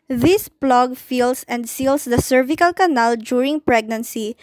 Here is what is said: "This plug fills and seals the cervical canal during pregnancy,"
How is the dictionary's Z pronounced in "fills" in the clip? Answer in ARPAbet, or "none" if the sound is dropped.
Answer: S